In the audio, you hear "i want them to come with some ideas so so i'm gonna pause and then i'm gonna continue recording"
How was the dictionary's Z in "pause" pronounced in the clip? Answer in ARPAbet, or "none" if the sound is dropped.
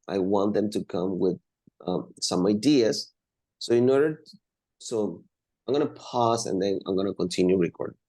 S